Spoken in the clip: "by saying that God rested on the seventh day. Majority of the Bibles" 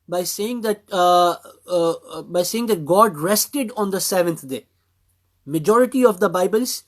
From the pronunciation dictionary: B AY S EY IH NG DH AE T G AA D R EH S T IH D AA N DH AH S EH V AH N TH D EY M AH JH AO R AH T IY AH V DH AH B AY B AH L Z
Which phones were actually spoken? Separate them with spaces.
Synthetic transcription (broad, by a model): B AY S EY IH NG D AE T G AA D R EH S T IH D AA N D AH S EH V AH N T D EY M AH JH AO R AH T IY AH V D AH B AY B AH L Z